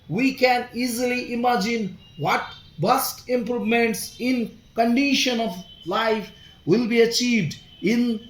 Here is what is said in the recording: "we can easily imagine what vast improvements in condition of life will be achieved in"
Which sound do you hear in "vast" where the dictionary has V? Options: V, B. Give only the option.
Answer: B